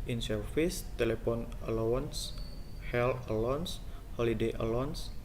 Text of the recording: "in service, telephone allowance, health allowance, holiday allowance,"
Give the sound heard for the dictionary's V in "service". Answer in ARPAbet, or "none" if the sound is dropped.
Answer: F